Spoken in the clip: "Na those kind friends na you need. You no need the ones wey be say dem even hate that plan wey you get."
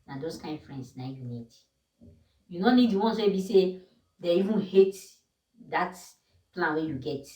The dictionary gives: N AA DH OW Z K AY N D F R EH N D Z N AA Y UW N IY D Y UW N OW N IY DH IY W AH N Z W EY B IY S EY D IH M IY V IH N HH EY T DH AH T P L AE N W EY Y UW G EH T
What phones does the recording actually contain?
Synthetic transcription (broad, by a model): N AA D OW S K AY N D F R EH N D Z N AA Y UW N IY D Y UW N OW N IY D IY W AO N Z W EY B IY S EY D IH IY V IH N HH EY T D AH T P L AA N W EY Y UW G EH T